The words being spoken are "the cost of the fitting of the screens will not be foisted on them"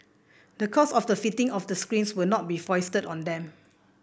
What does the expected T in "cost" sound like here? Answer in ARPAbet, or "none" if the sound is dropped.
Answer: none